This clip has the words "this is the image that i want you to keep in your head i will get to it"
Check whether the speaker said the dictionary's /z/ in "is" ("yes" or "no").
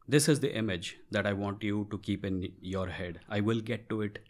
yes